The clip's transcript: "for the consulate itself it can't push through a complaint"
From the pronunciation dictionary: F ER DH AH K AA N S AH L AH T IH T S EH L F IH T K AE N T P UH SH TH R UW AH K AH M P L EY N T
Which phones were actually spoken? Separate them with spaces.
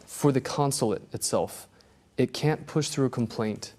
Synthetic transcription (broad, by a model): F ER DH AH K AA N S L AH T IH T S EH L F IH T K AE N P UH SH TH R UW AH K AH M P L EY N T